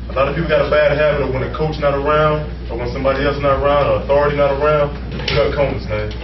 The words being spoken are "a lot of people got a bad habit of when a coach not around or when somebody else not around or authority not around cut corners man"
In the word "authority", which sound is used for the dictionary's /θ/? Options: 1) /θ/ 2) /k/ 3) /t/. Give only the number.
1